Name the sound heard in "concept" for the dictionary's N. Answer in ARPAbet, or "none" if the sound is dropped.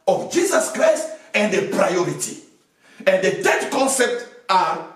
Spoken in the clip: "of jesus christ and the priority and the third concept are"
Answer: N